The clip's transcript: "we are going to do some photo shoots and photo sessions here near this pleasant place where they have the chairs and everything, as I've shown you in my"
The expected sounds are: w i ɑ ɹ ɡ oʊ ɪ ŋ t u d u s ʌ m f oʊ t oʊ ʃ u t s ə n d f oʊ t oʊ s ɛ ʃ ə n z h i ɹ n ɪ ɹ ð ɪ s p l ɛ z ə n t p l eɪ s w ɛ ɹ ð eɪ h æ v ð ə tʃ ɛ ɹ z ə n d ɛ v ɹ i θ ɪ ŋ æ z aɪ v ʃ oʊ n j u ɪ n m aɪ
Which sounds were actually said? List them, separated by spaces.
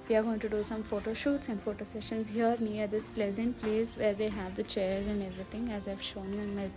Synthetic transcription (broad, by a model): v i ɑ ɹ ɡ oʊ ɪ ŋ t u d u s ʌ m f oʊ t oʊ ʃ u t s ə n d f oʊ t oʊ s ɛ ʃ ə n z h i ɹ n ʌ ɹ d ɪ s p l ɛ z ə n t p l eɪ s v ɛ ɹ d eɪ h æ v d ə tʃ ɛ ɹ z ə n d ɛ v ɹ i t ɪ ŋ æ z aɪ v ʃ oʊ n j u ɪ n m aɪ